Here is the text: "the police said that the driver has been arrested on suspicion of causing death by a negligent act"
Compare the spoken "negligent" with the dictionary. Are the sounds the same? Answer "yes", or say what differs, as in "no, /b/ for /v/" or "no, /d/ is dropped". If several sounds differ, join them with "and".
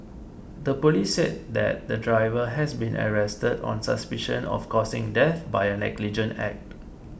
no, /t/ is dropped